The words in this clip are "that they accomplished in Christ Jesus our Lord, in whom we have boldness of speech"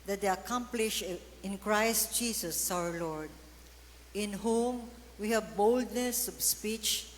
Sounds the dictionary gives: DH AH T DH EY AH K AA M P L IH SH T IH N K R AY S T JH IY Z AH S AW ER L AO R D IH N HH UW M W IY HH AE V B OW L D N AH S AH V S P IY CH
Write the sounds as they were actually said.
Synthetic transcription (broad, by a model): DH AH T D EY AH K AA M P L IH SH IH N K R AY S T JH IY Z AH S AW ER L AO R D IH N HH UW M W IY HH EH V B OW L D N AH S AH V S P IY CH